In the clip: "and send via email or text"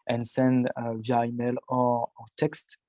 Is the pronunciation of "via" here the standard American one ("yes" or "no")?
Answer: yes